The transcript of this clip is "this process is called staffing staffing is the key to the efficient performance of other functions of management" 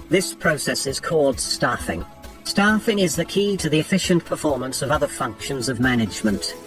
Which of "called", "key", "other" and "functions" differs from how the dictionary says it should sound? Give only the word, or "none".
none